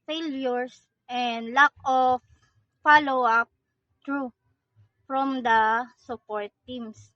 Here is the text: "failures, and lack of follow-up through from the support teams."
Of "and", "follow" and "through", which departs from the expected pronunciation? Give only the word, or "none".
through